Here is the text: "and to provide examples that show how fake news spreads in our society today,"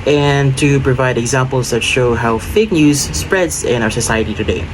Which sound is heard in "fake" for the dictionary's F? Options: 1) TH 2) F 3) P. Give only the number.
2